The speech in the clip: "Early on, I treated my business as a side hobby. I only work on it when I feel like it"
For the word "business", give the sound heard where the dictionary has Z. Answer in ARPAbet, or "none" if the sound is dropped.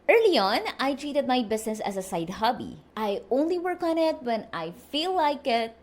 S